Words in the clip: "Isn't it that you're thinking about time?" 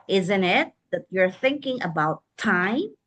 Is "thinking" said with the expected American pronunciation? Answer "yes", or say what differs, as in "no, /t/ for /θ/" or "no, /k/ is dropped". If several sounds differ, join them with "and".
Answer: yes